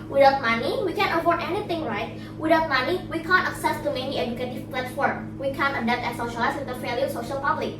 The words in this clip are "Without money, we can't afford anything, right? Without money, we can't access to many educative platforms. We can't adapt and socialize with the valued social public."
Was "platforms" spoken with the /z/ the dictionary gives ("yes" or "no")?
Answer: no